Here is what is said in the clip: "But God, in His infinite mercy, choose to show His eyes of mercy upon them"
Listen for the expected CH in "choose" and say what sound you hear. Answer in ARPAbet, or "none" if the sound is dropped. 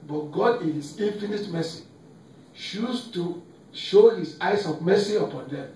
SH